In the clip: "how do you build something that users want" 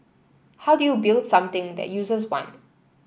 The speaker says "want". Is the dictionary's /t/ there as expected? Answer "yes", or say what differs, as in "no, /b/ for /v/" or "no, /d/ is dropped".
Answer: no, /t/ is dropped